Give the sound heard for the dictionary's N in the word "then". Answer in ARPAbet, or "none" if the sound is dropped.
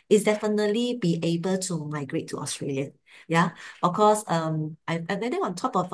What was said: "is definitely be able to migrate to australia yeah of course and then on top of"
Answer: none